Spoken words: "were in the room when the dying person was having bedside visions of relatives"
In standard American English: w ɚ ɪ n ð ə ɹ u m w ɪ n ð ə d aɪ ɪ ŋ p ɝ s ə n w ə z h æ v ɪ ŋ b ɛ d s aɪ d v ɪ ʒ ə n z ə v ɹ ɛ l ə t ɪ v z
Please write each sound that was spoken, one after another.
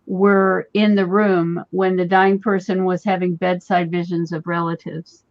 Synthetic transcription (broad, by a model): w ɚ ɪ n ð ə ɹ u m w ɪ n ð ə d aɪ ɪ ŋ p ɝ s ə n w ə z h æ v ɪ ŋ b ɛ d s aɪ d v ɪ ʒ ə n z ə v ɹ ɛ l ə t ɪ v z